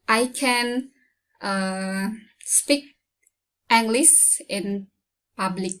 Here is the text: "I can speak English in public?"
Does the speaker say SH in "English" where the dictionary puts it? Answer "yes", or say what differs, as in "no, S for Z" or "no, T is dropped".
no, S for SH